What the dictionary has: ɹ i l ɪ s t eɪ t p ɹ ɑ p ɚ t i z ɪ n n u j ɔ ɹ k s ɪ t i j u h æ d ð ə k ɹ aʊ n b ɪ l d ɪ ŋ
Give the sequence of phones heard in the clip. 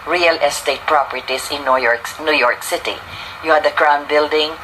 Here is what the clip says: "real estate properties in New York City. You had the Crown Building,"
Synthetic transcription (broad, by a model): ɹ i l ɪ s t eɪ t p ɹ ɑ p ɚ t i s ɪ n n u j ɔ ɹ k s ɪ t i j u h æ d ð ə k ɹ aʊ n b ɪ l d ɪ ŋ